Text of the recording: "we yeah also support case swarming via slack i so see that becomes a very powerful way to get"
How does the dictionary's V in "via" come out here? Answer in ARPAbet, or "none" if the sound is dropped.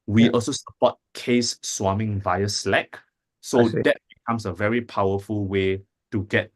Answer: V